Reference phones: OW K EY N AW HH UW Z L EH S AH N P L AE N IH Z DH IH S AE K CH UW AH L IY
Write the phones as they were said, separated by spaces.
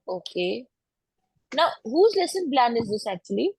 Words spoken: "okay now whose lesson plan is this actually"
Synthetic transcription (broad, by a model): OW K EY N AW HH UW Z L EH S AH N B L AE N IH Z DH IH S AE K CH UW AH L IY